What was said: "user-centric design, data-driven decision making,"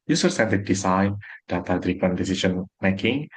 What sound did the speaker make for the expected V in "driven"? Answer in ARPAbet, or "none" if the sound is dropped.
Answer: P